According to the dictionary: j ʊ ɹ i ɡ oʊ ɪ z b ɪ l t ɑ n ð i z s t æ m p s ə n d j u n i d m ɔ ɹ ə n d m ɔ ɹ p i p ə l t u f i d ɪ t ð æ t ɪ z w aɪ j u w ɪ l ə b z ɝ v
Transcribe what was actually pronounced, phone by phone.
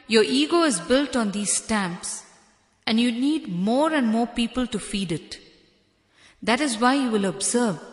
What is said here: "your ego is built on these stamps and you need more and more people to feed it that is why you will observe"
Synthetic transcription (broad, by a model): j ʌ ɹ i ɡ oʊ ɪ z b ɪ l t ɑ n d i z s t æ m p s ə n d j u n i d m ɔ ɹ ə n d m ɔ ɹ p i p ə l t u f i d ɪ t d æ t ɪ z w aɪ j u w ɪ l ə b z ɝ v